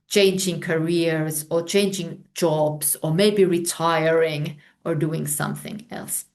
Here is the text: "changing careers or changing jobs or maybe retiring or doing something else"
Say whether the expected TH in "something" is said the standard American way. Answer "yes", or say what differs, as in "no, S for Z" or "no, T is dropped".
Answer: yes